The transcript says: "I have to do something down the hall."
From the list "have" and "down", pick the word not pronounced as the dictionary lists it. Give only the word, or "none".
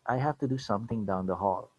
have